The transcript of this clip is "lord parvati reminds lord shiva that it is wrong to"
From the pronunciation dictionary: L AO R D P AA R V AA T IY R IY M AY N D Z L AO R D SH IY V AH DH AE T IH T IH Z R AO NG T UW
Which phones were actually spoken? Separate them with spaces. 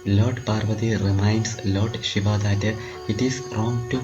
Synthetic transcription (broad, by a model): L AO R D P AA R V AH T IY R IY M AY N D S L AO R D SH IY V AH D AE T IH T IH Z R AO NG T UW